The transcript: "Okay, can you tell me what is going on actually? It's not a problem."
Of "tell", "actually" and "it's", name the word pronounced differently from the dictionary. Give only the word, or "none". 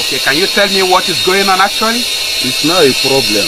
actually